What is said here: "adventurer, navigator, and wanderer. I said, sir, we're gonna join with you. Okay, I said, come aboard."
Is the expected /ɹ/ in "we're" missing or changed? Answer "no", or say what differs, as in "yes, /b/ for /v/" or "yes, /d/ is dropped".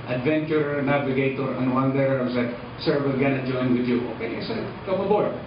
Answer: yes, /l/ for /ɹ/